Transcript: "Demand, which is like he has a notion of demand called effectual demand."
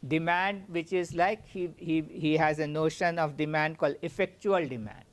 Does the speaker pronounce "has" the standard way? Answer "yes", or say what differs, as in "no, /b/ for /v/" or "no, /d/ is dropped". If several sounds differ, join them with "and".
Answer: yes